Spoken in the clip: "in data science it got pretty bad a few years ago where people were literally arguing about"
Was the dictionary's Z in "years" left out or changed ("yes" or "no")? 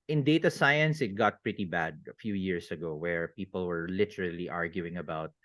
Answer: yes